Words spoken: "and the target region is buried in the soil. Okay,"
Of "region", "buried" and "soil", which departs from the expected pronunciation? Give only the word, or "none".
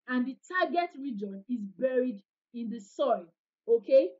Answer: none